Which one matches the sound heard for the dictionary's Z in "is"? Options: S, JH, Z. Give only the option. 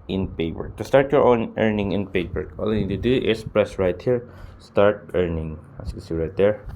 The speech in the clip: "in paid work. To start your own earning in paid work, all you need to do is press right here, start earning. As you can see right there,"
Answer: S